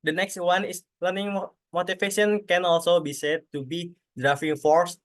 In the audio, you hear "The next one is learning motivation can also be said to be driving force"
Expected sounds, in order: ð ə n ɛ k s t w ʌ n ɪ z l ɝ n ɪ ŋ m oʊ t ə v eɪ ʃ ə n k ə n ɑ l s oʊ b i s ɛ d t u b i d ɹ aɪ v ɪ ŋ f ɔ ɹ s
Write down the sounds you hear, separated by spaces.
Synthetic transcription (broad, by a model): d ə n ɛ k s t w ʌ n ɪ s l ɝ n ɪ ŋ m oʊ t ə f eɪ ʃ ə n k ə n ɑ l s oʊ b i s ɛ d t u b i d ɹ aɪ f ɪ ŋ f ɔ ɹ s